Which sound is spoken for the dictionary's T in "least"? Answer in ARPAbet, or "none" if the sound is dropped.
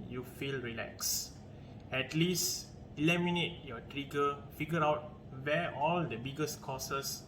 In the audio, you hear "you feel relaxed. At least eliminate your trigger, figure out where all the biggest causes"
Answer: T